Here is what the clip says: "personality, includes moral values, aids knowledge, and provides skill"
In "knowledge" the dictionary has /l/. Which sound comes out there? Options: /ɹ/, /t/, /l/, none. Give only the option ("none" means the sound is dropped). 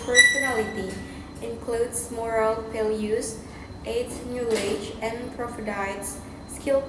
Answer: none